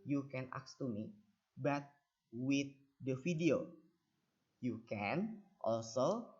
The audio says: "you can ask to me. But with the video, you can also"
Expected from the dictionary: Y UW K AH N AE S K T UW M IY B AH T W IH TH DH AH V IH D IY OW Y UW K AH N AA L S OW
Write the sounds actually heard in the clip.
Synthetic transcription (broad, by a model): Y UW K AH N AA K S T UW M IY B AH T W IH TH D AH F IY D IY OW Y UW K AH N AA L S OW